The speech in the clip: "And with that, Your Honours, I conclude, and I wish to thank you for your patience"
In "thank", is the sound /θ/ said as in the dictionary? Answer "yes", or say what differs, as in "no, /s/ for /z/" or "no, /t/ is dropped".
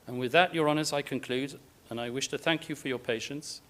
yes